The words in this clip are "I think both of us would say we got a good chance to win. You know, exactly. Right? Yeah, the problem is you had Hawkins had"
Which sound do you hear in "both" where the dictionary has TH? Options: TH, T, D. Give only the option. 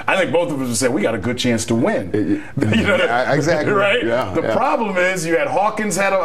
TH